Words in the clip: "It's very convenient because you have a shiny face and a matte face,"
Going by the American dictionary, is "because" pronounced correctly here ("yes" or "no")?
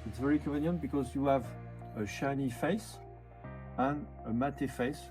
yes